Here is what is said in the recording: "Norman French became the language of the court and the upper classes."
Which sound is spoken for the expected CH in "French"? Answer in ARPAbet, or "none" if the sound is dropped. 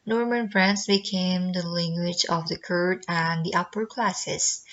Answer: S